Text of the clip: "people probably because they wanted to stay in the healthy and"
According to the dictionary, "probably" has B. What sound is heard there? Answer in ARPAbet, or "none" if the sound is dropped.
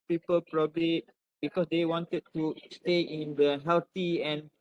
B